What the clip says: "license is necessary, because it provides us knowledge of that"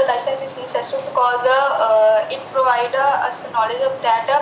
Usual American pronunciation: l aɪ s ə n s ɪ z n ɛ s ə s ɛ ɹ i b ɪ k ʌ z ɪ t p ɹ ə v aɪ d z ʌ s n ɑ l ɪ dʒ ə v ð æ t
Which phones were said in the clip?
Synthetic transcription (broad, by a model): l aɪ s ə n s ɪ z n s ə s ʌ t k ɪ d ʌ ɪ t p ɹ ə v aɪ d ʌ ʌ s n ɑ l ɪ dʒ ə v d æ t